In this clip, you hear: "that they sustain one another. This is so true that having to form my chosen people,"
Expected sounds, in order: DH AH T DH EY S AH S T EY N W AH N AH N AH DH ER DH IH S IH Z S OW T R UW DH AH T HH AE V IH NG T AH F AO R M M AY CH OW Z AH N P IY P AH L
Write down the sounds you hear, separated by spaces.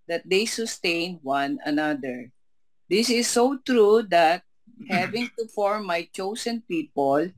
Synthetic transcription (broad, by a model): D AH T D EY S AH S T EY N W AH N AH N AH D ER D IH S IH S OW T R UW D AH T HH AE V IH NG T AH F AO R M M AY CH OW S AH N P IY P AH L